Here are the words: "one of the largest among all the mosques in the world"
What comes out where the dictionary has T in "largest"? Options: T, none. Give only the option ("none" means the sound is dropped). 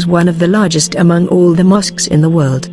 T